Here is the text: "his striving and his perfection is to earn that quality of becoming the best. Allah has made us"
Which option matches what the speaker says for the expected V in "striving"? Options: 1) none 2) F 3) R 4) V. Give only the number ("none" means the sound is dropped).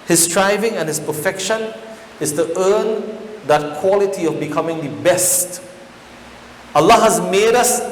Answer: 4